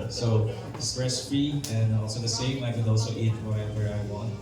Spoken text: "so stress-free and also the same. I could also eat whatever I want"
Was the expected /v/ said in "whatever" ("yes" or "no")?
no